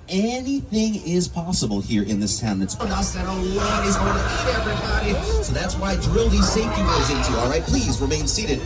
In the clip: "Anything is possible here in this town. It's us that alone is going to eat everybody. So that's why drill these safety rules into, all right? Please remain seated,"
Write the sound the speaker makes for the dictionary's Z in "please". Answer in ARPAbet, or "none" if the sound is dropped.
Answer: Z